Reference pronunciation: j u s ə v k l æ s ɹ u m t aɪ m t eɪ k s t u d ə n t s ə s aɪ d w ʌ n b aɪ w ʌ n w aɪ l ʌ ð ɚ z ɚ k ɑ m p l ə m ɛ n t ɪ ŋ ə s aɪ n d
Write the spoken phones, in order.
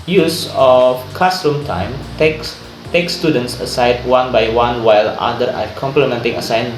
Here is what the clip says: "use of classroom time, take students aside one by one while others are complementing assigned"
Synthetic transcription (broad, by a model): j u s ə f k ɑ s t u m t aɪ m t eɪ k s t u d ə n t s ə s aɪ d w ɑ n b aɪ w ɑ n w aɪ l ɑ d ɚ ɚ k ɑ m p l ə m ɛ n t ɪ ŋ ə s aɪ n